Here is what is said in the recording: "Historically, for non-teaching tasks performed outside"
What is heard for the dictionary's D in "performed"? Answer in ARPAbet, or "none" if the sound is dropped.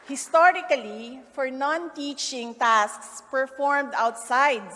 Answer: D